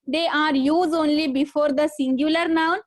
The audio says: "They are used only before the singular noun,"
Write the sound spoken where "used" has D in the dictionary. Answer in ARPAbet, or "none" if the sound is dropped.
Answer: none